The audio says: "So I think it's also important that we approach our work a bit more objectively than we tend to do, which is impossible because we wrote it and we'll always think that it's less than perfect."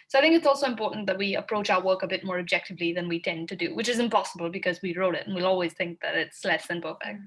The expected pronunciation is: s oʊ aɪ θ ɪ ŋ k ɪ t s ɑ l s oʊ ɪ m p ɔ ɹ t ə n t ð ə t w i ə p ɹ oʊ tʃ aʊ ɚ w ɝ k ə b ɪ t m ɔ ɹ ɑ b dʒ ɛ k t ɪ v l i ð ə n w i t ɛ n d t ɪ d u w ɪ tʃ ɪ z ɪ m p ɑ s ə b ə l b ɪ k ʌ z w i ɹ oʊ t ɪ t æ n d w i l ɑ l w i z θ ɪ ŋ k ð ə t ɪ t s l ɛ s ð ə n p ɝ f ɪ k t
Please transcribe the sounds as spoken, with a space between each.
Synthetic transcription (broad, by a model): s oʊ aɪ θ ɪ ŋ k ɪ t s ɑ l s oʊ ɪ m p ɔ ɹ t n ð ə t w i ə p ɹ oʊ tʃ aʊ ɚ w ɝ k ə b ɪ t m ɔ ɹ ɑ b dʒ ɛ k t ɪ v l i ð ə n w i t ɛ n t ɪ d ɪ w ɪ tʃ ɪ z ɪ m p ɑ s ə b ə l b ɪ k ʌ z w i ɹ oʊ t ɪ t n w i l ɑ l w i z θ ɪ ŋ k ð ə t ɪ t s l ɛ s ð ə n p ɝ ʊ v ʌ